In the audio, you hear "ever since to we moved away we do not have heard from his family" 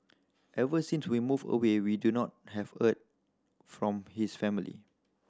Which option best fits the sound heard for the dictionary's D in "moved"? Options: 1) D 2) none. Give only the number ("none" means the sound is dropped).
2